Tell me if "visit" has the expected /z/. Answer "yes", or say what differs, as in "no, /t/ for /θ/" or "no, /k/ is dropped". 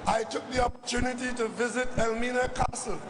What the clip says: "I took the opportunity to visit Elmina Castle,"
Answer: yes